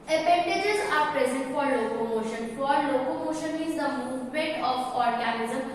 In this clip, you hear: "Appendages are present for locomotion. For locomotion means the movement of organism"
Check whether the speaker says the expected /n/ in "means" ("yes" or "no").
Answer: no